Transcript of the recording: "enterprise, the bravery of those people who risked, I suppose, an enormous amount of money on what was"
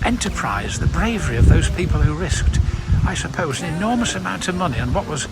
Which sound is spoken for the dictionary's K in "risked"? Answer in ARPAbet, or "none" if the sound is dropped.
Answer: K